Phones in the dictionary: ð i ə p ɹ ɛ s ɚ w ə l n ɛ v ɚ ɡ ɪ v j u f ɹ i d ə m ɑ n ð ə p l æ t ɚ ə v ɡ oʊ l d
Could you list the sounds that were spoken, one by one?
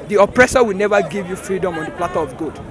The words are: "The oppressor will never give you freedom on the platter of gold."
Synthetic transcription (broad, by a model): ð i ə p ɹ ɛ s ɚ w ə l n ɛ v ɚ ɡ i v j u f ɹ i d ə m ɑ n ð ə p l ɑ t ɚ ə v ɡ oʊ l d